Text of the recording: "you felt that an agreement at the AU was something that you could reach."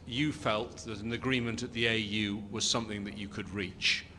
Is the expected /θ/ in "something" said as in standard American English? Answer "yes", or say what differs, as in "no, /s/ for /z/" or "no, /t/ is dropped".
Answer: yes